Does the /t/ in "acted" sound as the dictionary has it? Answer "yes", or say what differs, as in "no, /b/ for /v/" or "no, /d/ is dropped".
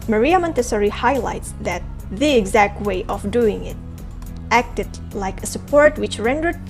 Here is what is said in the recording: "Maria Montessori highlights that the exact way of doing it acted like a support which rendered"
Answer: yes